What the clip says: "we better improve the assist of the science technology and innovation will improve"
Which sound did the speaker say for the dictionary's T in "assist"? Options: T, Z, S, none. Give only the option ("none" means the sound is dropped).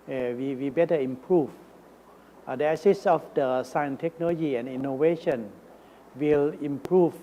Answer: none